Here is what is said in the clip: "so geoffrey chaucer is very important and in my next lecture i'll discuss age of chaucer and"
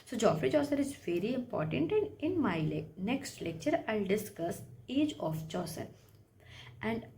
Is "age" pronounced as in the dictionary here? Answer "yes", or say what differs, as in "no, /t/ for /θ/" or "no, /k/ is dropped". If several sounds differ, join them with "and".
yes